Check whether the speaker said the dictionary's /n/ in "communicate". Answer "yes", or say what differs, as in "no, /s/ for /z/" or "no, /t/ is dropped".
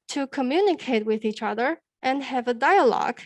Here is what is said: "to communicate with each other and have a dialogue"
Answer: yes